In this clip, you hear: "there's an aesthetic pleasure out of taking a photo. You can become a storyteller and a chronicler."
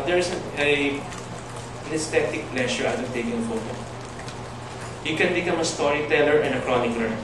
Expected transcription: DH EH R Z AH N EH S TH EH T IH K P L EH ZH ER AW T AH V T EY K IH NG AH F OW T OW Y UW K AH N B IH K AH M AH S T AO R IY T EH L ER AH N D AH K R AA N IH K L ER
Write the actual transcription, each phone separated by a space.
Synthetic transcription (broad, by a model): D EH R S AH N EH S T EH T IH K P L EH SH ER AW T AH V T EY K IH NG AH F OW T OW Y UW K AH N B IH K AH M AH S T AO R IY T EH L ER AH N D AH K R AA N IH K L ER